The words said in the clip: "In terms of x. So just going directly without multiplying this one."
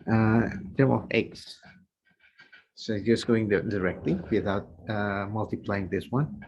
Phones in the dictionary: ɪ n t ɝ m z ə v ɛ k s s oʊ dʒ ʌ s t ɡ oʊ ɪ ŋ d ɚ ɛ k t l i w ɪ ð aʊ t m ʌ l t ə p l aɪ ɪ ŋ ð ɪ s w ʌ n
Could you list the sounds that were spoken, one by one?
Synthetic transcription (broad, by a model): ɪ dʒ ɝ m ə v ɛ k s s oʊ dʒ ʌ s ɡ oʊ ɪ ŋ d ɚ ɛ k t l i w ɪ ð aʊ t m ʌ l t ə p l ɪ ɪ ŋ ð ɪ s w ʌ n